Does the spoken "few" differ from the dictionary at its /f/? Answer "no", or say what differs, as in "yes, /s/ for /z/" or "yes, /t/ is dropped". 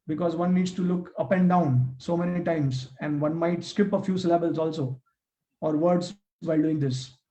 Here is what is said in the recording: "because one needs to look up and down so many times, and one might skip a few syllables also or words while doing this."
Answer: no